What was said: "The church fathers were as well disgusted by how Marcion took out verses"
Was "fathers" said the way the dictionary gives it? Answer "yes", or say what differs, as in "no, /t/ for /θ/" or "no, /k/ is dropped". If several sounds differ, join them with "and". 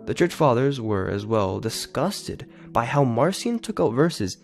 yes